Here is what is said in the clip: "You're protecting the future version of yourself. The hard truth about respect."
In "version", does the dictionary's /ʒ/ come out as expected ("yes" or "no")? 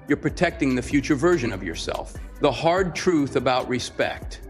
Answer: yes